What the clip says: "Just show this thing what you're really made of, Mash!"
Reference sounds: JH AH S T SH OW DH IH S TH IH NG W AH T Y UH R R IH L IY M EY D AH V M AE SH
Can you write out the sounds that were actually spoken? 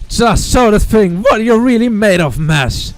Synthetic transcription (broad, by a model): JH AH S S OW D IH TH IH NG W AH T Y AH R R IH L IY M EY D AH V M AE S